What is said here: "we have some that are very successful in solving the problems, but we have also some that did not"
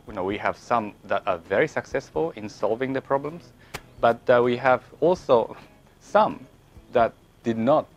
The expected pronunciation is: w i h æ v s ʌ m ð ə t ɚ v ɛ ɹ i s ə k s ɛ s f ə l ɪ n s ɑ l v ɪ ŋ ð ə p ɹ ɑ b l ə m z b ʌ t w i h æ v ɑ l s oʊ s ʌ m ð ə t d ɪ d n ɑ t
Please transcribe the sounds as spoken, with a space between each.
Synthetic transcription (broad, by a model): w i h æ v s ʌ m ð ə t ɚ v ɛ ɹ i s ə k s ɛ s f ə l ɪ n s ɑ l v ɪ ŋ ð ə p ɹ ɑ b l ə m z b ʌ t w i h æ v ɑ l s oʊ s ʌ m ð ə t d ɪ d n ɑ t